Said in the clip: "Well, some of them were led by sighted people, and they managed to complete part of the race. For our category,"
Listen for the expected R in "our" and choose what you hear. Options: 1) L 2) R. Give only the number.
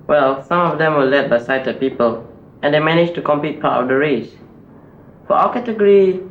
1